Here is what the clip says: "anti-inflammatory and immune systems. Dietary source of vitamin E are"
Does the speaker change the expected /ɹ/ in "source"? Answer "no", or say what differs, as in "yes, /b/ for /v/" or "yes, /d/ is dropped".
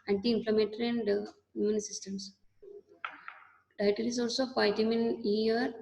yes, /l/ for /ɹ/